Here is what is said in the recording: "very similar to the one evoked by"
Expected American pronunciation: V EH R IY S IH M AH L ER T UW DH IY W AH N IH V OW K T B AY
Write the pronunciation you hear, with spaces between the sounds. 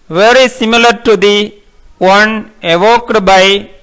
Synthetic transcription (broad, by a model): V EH R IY S IH M AH L ER T UW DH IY W AH N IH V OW K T B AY